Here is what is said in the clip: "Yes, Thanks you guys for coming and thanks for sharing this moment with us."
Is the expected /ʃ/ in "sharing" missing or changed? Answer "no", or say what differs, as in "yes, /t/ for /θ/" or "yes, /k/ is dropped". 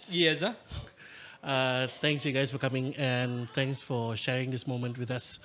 no